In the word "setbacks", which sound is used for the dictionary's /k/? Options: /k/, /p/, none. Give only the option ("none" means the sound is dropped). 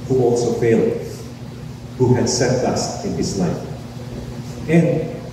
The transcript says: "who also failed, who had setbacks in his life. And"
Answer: none